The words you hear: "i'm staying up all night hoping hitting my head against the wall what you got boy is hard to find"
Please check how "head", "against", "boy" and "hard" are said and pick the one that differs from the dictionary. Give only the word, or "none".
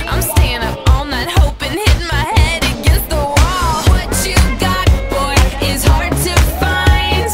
against